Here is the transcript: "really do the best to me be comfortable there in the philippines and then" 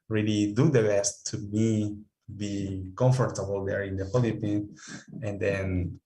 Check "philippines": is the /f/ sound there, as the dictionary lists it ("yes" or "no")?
no